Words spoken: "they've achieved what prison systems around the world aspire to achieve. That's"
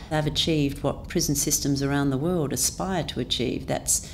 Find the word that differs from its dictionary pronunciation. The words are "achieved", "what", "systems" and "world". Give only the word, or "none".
none